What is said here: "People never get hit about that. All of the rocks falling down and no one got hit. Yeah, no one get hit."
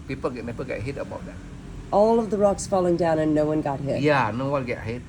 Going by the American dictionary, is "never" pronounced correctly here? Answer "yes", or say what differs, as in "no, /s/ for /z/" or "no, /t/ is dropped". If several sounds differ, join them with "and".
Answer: no, /p/ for /v/